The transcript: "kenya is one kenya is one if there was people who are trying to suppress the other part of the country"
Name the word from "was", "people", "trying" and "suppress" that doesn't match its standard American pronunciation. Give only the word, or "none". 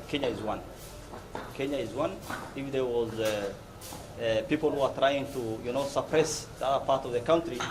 none